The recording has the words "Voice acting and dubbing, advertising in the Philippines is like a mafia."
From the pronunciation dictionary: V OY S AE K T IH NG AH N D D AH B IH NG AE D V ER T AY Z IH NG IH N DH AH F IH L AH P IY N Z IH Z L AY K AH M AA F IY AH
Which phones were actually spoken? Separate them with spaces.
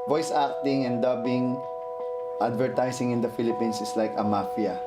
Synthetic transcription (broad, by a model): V OY S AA K T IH NG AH N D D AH B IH NG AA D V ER T AY S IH NG IH N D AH F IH L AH P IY N S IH S L AY K AH M AA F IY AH